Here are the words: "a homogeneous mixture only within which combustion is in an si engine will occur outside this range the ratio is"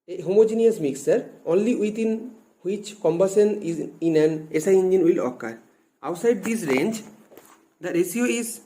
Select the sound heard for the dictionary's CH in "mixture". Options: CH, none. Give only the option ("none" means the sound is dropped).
none